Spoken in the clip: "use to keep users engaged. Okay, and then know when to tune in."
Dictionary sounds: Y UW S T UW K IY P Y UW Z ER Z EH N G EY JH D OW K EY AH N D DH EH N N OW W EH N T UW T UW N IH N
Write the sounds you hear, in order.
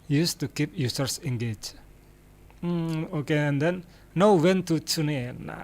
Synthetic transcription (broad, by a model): Y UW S T UW K IY P Y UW S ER S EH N G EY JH OW K EY AH N D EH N N OW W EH N T UW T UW N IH N